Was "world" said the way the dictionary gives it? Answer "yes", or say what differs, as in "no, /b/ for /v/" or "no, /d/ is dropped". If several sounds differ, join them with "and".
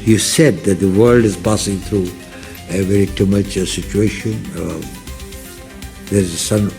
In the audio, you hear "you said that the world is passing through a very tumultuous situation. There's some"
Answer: yes